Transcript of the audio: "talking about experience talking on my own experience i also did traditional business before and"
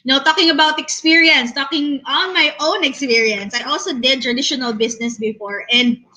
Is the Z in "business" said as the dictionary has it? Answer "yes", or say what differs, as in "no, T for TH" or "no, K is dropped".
no, S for Z